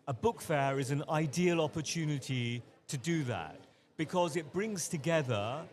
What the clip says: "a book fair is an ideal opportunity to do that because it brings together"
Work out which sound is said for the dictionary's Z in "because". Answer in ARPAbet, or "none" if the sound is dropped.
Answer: Z